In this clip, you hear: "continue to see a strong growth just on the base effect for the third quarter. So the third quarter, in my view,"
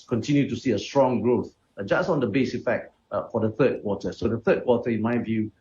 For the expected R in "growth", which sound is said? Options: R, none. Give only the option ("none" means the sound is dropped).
R